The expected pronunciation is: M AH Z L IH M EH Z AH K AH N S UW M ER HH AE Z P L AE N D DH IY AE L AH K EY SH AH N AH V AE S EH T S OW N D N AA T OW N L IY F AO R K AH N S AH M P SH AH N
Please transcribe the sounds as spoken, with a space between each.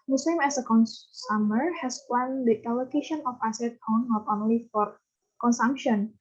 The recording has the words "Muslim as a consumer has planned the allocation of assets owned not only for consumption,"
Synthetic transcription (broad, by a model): M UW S L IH M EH S AH K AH N S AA M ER HH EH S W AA N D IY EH L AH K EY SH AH N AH F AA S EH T OW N N AA T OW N L IY F AO R K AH N S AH M P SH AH N